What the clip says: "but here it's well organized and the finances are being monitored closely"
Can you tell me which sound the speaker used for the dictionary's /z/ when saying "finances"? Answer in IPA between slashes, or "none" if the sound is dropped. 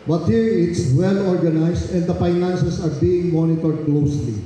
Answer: /s/